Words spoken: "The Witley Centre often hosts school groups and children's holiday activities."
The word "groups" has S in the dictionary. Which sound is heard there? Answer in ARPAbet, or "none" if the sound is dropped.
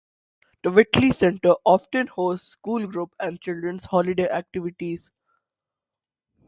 none